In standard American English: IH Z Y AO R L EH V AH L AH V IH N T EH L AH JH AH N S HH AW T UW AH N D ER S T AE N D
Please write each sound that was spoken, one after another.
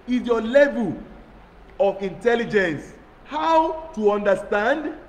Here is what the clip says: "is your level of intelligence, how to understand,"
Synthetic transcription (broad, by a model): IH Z Y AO L EH V AH L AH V IH N T EH L AH JH AH N S HH AW T UW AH N D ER S T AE N D